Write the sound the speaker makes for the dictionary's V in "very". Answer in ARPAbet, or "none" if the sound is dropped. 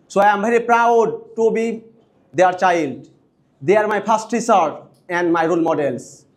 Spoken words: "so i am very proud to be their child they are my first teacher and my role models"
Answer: B